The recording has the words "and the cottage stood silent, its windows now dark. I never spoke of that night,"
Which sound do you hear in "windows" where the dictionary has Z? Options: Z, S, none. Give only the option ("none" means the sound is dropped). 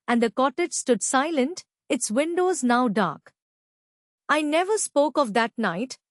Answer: Z